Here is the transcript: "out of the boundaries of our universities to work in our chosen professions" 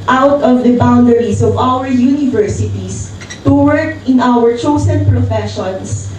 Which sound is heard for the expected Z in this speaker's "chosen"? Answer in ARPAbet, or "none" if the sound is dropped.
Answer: S